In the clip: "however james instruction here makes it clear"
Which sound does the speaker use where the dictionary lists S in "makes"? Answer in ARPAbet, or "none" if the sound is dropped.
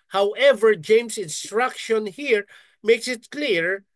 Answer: S